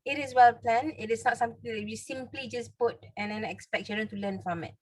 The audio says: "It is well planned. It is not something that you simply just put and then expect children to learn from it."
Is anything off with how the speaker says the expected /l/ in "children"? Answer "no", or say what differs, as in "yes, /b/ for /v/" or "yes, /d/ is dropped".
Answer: yes, /l/ is dropped